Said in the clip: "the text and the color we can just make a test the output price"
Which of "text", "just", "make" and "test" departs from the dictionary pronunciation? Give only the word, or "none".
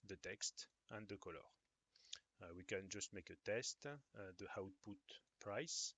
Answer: none